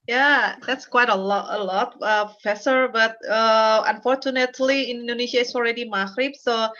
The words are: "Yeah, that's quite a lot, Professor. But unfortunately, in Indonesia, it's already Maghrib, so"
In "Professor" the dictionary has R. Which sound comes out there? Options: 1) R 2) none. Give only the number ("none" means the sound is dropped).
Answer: 2